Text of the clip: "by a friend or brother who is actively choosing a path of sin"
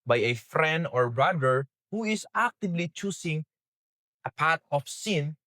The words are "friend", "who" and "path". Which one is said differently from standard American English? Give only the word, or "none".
path